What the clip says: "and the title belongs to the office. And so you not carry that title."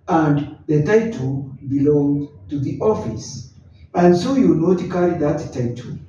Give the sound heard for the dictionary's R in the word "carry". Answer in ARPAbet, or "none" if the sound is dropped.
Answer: L